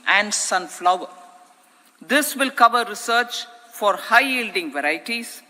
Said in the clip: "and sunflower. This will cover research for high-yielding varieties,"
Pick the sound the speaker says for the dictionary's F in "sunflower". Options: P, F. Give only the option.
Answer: F